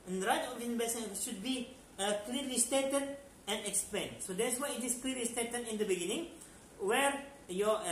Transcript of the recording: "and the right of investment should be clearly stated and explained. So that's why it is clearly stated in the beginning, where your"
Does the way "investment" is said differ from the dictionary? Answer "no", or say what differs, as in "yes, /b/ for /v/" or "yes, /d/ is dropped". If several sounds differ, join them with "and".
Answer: yes, /b/ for /v/ and /m/ is dropped